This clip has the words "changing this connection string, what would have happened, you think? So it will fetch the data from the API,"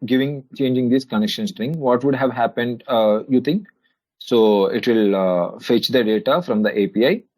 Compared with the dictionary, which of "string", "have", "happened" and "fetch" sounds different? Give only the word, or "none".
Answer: none